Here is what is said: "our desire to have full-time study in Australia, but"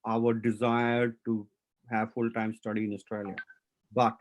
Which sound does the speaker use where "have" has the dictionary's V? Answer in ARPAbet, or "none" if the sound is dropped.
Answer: V